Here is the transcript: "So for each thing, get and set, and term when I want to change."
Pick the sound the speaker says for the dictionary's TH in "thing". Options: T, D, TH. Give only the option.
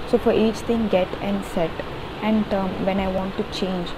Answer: T